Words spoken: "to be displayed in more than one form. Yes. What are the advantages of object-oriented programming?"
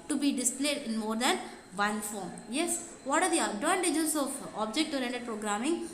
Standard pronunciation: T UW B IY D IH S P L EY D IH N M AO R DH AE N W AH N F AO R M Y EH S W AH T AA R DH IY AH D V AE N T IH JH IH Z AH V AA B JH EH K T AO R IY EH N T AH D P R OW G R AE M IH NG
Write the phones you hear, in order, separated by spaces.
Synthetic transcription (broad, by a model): T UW B IY D IH S P L EY D IH N M AO R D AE N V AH N F AO R M Y EH S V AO T AA R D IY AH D AO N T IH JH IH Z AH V AA B JH EH K T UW R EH N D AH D P R OW G R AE M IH NG